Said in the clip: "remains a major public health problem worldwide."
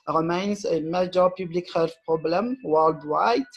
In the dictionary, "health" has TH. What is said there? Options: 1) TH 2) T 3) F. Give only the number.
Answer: 3